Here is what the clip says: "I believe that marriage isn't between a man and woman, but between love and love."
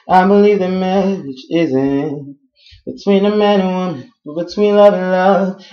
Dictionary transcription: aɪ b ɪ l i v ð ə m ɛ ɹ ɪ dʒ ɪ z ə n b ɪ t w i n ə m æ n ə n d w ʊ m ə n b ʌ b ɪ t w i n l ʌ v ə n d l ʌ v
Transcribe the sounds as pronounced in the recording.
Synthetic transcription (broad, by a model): aɪ b ɪ l i v ð ə m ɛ ɪ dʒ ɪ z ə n b ɪ t w i n ə m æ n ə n w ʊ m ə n b ʌ b ɪ t w i n l ʌ v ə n l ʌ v